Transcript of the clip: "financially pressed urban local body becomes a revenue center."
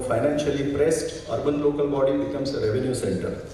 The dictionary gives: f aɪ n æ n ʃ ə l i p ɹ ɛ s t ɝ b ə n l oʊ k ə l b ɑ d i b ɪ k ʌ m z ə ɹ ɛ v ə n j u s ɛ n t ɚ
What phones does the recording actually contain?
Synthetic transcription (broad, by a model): f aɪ n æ n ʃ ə l i p ɹ ɛ s t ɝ b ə n l oʊ k ə l b ɑ d i b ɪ k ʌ m s ə ɹ ɛ v ə n j u s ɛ n t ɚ